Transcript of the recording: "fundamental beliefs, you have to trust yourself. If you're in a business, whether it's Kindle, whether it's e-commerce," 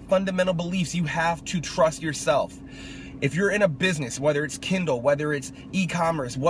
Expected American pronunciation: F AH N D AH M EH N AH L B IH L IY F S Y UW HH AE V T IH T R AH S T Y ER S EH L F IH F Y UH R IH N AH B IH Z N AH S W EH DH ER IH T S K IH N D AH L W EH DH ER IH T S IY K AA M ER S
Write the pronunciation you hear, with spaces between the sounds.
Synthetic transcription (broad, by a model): F AH N D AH M EH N L B IH L IY F S Y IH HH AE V T IH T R AH S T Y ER S EH L F IH F Y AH R IH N AH B IH Z N AH S W EH DH ER IH T S K IH N D L W EH DH ER IH T S IY K AA M ER S